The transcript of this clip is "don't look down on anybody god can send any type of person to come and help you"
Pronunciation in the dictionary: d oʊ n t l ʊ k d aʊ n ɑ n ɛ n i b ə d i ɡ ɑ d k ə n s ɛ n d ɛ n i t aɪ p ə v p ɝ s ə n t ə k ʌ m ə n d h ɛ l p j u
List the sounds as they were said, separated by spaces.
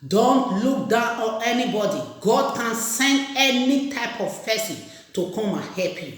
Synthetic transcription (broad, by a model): d oʊ n t l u k d aʊ n ɑ n ɛ n i b ə d i ɡ ɑ d k ə n s ɛ n d ɛ n i t aɪ p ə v f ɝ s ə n t ə k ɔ m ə h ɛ p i